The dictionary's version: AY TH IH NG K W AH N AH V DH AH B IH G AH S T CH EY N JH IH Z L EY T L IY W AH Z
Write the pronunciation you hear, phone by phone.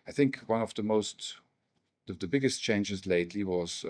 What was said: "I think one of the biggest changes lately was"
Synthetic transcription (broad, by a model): AY TH IH NG K W AH N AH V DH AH B IH G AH S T CH EY N JH IH Z L EY T L IY W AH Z